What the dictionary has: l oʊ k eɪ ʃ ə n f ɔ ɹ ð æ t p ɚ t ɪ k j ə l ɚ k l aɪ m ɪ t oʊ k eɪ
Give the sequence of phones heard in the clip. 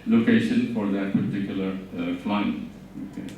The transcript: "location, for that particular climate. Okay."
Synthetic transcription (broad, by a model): l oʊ k eɪ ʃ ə n f ɔ ɹ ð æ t p ɚ t ɪ k j ə l ɚ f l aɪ ɪ oʊ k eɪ